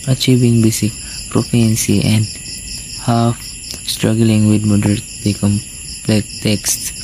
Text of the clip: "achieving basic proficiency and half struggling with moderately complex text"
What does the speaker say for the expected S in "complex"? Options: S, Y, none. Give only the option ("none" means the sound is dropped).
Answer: none